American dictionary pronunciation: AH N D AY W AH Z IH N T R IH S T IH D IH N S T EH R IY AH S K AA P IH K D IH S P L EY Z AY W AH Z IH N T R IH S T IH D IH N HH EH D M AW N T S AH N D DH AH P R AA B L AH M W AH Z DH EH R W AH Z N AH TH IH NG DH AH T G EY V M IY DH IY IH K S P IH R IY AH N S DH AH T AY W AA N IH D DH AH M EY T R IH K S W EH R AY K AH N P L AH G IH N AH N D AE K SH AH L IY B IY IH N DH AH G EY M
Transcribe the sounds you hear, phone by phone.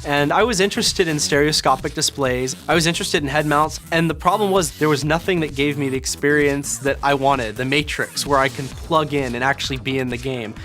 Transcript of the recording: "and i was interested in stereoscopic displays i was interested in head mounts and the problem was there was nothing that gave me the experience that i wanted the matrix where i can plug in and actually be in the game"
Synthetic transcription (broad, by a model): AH N AY W AH Z IH N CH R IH S T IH D IH N S T EH R IY AH S K AA P IH K D IH S P L EY Z AY W AH Z IH N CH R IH S T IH D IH N HH EH D M AW N T S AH N DH AH P R AA B L AH M W AH Z DH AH R W AH Z N AH TH IH NG DH AH T G EY V M IY DH IY IH K S P IH R IY AH N S DH AH T AY W AA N IH D DH AH M EY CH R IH K S W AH R AY K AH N P L AH G IH N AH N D AE K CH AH L IY B IY IH N DH AH G EY M